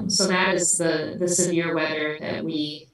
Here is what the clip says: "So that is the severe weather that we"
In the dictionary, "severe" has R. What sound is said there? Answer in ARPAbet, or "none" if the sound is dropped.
R